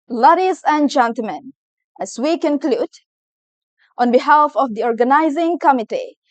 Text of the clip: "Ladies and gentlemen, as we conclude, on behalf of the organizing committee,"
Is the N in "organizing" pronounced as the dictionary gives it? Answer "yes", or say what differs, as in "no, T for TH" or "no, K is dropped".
yes